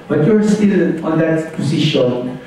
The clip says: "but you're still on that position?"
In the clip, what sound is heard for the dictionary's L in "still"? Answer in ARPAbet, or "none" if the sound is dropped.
N